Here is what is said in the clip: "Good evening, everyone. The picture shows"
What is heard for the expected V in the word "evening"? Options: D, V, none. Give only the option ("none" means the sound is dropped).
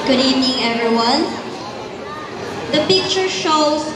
none